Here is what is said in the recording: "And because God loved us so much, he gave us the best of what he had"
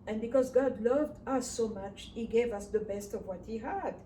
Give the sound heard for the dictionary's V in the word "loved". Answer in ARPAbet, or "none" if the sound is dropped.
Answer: V